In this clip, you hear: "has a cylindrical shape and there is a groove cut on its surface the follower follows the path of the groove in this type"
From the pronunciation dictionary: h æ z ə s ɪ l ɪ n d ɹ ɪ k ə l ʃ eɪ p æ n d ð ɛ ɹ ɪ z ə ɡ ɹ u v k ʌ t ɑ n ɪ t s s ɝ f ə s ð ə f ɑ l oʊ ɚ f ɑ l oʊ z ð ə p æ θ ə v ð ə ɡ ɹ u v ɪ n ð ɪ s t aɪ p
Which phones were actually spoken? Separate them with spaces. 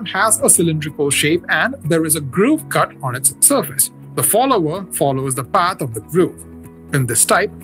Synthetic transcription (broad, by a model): h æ z ə s ɪ l ɪ n d ɹ ɪ k ə l ʃ eɪ p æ n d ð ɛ ɹ ɪ z ə ɡ ɹ u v k ʌ t ɑ n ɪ t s s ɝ f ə s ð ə f ɑ l oʊ ɚ f ɑ l oʊ z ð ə p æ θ ə v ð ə ɡ ɹ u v ɪ n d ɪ s t aɪ p